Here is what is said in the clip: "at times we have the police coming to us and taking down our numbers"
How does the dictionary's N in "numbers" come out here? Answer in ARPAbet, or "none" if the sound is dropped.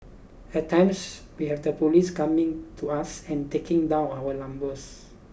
L